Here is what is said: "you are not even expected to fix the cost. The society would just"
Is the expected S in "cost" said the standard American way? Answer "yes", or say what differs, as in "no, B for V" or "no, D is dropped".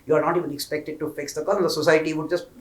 no, S is dropped